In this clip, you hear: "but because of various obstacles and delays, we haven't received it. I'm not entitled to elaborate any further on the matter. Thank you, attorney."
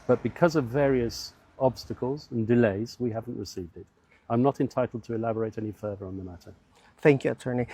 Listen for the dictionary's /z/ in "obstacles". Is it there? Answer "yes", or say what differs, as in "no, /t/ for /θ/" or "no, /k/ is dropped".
yes